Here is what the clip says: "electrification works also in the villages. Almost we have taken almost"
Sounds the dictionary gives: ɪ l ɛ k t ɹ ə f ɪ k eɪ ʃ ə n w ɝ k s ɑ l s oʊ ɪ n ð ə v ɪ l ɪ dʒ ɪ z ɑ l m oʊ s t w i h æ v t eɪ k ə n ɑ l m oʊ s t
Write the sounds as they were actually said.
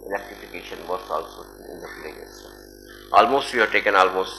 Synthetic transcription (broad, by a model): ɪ l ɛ k t ɹ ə f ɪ k eɪ ʃ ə n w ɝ s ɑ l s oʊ ɪ n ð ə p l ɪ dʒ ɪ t ɑ l m oʊ s t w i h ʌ t eɪ k ə n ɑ l m oʊ s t